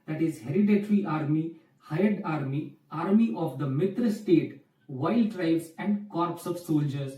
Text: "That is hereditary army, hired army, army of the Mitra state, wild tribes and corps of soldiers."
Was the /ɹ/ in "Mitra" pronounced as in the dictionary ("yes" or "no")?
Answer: yes